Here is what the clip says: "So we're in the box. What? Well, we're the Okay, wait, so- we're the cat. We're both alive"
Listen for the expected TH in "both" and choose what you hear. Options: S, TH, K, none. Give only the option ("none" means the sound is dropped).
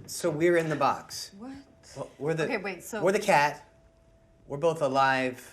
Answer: TH